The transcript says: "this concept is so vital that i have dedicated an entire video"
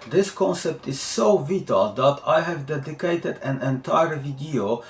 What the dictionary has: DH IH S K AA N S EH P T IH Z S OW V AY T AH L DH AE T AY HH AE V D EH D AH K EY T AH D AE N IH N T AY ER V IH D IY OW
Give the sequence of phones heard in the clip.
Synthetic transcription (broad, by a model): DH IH S K AA N S EH P T IH Z S OW V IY T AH L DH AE T AY HH AE V D EH D AH K EY T AH D AE N IH N T AY ER V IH D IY OW